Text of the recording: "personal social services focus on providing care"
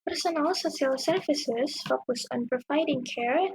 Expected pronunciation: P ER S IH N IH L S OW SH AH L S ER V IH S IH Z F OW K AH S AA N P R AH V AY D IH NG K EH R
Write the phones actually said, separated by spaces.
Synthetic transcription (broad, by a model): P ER S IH N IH L S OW S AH L S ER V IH S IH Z F OW K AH S AA N P R AH V AY D IH NG K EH R